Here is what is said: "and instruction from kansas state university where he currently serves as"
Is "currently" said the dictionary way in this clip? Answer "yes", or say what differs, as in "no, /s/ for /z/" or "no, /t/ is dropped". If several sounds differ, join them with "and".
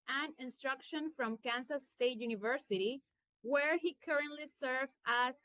yes